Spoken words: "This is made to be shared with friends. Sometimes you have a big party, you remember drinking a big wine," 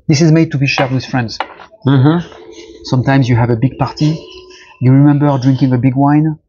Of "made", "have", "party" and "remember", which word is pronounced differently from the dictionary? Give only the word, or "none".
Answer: none